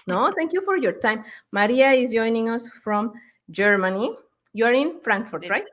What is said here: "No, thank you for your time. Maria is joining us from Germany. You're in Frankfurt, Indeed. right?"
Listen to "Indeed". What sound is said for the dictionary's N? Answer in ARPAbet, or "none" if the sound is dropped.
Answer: none